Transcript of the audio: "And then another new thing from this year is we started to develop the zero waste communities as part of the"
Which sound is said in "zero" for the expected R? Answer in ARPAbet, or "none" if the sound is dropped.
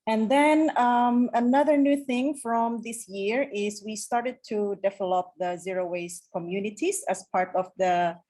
R